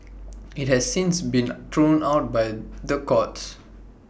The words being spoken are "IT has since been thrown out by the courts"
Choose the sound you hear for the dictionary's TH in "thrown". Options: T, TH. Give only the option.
T